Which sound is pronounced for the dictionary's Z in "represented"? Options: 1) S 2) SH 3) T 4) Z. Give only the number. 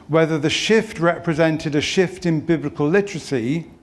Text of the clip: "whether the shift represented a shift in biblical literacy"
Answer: 4